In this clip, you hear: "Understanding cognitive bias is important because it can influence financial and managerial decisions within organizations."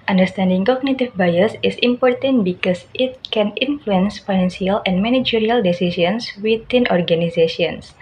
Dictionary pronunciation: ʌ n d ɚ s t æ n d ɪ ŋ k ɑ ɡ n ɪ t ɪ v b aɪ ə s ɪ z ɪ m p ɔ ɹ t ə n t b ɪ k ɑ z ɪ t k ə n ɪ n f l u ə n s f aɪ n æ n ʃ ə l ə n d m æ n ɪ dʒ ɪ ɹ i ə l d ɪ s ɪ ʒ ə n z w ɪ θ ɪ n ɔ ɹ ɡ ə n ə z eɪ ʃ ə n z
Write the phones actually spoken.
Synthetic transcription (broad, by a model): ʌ n d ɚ s t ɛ n d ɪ ŋ k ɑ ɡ n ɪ t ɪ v b aɪ ə s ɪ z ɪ m p ɔ ɹ t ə n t b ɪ k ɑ s ɪ t k ə n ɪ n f l u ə n s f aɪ n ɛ n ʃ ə l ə n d m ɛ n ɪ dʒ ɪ ɹ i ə l d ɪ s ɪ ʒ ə n s w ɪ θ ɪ n ɔ ɹ ɡ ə n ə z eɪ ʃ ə n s